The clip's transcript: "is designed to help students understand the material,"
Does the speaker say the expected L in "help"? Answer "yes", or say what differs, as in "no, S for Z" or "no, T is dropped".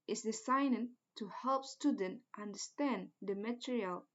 yes